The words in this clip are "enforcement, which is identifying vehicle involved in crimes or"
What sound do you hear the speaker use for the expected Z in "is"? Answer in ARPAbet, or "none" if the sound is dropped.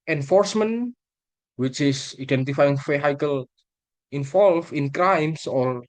S